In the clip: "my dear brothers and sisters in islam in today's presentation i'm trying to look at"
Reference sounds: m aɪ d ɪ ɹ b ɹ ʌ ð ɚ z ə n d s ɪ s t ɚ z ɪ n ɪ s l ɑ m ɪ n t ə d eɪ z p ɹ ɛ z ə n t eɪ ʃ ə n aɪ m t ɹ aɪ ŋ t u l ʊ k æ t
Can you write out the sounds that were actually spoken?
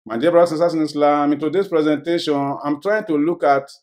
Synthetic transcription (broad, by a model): m aɪ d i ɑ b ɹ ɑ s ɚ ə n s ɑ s ɪ n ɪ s l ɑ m ɪ n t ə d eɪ s p ɹ ɛ z ə n t eɪ ʃ ə n aɪ m t ɹ aɪ ŋ t u l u k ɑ t